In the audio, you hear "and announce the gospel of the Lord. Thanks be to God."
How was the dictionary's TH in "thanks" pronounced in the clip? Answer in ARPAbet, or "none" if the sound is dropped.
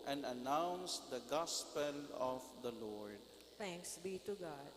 T